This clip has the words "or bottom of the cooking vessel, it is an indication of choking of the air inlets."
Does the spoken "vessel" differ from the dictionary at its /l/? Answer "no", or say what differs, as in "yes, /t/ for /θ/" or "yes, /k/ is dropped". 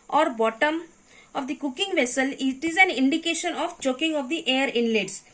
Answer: no